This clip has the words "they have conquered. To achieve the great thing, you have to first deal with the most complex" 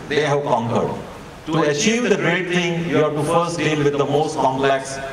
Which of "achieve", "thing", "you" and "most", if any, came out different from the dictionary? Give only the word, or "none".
thing